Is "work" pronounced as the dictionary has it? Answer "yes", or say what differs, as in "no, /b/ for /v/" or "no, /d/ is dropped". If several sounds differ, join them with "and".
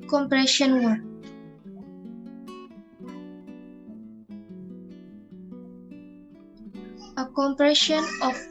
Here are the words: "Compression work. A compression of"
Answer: no, /k/ is dropped